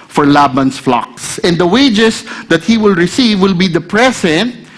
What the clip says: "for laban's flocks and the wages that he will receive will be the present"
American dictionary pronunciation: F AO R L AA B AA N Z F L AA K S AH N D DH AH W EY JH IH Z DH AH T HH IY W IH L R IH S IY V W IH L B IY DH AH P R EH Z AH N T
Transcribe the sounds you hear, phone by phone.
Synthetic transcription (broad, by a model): F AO R L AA B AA N S F L AA K S AH N D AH W EY JH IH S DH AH T HH IY W IH L R IH S IY V W IH L B IY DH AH P R EH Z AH N T